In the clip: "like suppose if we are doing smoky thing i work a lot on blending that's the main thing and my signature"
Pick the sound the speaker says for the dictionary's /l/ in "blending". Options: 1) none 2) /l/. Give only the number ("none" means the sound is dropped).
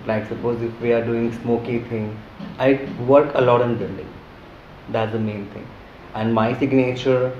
1